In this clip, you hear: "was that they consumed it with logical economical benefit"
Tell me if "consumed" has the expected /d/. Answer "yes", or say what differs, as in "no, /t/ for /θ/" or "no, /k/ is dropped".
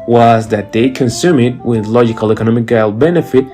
no, /d/ is dropped